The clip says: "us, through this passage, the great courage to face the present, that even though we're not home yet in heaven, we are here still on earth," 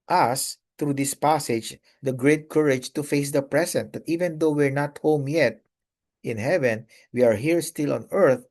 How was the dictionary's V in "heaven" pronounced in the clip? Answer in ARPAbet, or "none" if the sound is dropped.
V